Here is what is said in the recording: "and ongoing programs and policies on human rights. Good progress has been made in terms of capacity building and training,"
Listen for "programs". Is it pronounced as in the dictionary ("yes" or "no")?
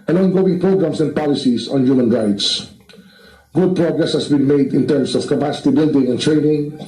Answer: no